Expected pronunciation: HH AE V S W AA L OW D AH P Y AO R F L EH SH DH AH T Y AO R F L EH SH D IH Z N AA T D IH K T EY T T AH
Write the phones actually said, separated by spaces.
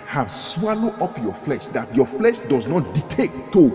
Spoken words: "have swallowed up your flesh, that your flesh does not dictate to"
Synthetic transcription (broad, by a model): HH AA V S W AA L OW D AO P Y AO F L EH SH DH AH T Y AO F L EH SH D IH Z N AA T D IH T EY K T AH